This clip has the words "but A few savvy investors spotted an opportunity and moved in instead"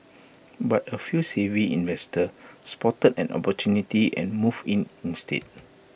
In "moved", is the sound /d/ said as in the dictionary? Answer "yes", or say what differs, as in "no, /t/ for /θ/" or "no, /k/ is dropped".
no, /d/ is dropped